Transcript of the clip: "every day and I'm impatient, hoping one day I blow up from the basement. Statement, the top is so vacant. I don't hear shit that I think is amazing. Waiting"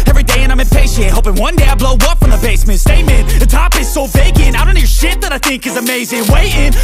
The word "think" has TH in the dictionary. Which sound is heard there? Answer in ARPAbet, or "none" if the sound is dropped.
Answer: TH